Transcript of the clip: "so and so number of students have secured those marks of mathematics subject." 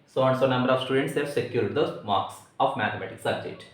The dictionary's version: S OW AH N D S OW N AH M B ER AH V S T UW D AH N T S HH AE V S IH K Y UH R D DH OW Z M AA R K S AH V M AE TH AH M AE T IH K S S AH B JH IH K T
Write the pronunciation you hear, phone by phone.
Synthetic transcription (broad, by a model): S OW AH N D S OW N AH M B ER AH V S T UW D AH N T S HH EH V S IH K Y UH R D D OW M AA R K S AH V M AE T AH M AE T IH K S S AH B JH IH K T